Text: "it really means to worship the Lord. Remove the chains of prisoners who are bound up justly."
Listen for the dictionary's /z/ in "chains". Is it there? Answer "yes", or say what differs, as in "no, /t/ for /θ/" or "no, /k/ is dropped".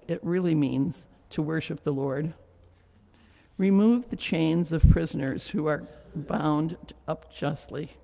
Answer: yes